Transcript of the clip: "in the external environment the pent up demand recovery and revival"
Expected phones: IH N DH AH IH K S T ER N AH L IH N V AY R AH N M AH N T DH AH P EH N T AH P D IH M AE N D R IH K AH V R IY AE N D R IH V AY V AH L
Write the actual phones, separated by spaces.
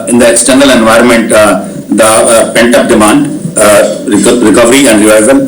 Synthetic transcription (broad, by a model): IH N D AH IH K S T ER N AH L IH N V AY R AH N M AH N T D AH P EH N T AH P D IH M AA N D R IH K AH V R IY AE N D R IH V AY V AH L